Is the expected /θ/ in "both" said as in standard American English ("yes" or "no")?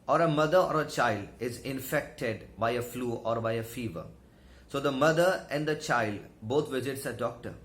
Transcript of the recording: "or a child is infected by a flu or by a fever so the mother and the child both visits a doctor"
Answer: no